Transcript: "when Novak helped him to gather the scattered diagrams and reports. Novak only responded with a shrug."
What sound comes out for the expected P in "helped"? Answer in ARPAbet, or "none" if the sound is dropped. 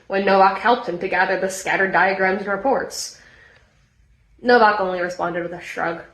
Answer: P